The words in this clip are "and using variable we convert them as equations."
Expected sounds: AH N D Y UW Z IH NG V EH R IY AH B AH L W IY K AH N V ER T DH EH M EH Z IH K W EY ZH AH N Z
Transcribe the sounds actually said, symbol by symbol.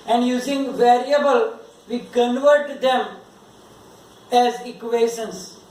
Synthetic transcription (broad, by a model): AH N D Y UW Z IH NG V EH R IY AH B AH L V IY K AH N V ER T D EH M EH Z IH K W EY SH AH N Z